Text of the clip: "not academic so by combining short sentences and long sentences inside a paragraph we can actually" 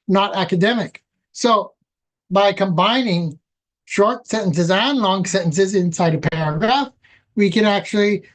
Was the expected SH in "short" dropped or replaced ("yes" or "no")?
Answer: no